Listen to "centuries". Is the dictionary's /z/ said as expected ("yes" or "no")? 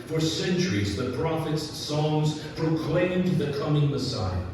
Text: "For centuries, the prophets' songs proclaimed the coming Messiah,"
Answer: yes